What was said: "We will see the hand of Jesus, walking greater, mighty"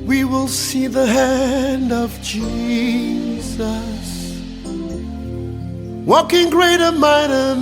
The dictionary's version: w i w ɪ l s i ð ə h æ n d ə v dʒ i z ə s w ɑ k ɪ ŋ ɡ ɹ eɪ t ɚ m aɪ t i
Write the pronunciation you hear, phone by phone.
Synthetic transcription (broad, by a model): w i w ɪ l s i ð ə h æ n d ə v dʒ i z ə s w ɑ k ɪ ŋ ɡ ɹ eɪ t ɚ m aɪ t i